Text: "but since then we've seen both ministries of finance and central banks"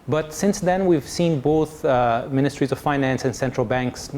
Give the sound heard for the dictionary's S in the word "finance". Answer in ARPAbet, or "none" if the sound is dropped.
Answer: S